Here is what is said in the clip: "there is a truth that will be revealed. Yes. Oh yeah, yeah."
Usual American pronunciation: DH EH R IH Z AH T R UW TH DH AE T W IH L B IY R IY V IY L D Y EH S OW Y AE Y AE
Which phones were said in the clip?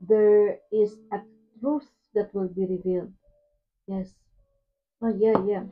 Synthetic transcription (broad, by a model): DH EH R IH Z AH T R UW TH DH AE T W IH L B IY R IY V IY L D Y EH S OW Y AE Y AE